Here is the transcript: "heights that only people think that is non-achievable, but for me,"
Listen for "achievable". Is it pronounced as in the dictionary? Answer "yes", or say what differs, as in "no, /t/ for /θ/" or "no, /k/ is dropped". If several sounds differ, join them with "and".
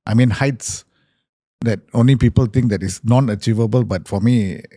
yes